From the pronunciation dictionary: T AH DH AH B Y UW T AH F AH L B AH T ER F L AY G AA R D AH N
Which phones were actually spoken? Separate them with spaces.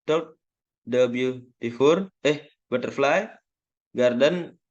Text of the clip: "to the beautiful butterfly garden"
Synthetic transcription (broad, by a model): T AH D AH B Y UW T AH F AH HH B AH T ER F L AY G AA R D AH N